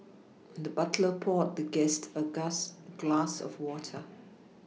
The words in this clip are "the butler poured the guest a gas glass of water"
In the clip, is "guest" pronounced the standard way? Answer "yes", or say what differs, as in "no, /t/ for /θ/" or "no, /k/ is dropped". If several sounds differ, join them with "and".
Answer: yes